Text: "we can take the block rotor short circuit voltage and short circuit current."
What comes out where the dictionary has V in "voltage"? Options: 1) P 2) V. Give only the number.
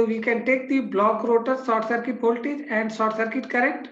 1